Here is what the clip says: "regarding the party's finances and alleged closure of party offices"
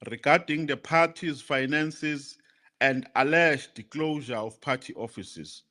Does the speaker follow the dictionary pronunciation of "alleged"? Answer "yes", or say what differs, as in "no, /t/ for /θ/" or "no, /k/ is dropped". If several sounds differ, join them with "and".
no, /ʃ/ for /dʒ/